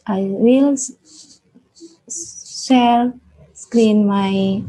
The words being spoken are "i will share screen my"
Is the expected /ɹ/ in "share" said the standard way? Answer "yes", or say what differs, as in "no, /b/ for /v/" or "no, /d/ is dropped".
no, /l/ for /ɹ/